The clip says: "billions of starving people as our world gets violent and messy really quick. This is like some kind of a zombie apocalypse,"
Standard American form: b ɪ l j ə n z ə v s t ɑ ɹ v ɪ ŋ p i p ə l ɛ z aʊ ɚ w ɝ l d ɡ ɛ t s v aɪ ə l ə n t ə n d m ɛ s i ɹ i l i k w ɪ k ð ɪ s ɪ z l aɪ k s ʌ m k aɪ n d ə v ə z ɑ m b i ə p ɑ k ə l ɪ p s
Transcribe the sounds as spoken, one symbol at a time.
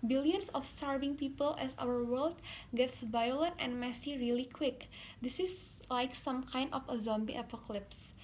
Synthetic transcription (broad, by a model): b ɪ l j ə n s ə f s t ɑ ɹ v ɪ ŋ p i p ə l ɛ s aʊ ɚ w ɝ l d ɡ ɛ t s v aɪ ə l ə n t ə n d m ɛ s i ɹ i l i k w ɪ k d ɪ s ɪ s l aɪ k s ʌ m k aɪ n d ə f ə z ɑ m b i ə p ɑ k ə l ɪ p s